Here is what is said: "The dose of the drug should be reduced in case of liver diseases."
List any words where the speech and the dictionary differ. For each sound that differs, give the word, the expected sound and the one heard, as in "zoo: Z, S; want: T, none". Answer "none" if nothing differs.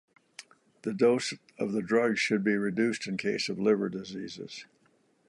none